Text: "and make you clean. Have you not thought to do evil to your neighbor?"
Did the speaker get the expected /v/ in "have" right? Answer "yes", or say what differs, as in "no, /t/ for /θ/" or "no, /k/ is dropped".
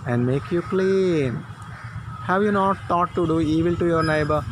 yes